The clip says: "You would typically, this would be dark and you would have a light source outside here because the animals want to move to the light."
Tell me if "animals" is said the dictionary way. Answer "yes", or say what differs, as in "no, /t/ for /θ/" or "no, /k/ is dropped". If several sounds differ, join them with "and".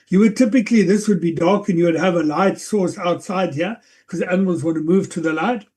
yes